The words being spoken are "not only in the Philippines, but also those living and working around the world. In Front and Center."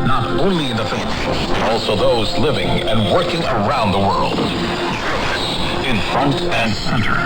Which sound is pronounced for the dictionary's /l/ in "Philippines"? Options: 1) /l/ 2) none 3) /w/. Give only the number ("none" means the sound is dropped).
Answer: 2